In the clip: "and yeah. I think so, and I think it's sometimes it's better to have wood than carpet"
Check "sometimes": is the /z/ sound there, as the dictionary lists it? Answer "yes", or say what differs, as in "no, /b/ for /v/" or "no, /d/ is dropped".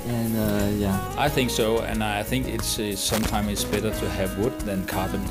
no, /z/ is dropped